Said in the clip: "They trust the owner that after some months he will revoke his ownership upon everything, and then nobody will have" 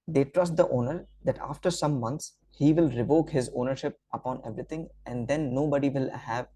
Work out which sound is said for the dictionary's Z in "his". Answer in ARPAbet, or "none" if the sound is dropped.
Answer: Z